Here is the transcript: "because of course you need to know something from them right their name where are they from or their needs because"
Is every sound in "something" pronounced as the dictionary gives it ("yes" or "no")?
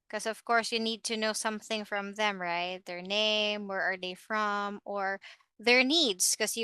yes